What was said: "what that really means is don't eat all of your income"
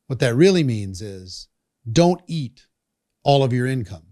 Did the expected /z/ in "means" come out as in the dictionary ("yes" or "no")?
yes